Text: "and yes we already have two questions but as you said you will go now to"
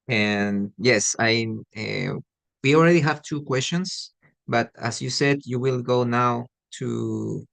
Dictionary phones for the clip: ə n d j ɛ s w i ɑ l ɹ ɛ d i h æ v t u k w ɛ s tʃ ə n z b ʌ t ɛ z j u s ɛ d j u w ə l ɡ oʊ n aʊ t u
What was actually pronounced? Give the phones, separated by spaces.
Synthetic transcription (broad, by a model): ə n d j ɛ s w i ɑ l ɹ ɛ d i h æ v t u k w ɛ s tʃ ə n s b ʌ t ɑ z j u s ɛ d j u w ə l ɡ oʊ n aʊ t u